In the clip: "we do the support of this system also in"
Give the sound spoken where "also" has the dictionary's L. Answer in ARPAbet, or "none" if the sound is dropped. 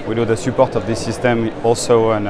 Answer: L